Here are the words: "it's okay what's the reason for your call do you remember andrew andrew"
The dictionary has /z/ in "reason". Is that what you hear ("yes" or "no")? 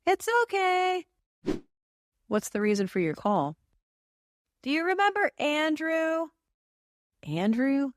yes